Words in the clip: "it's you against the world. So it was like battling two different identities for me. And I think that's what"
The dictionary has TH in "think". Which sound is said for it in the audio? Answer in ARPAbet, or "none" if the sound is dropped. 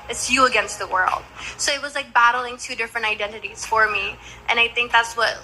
TH